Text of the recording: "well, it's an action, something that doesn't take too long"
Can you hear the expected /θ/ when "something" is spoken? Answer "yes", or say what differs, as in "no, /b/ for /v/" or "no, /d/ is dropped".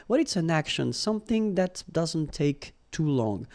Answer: yes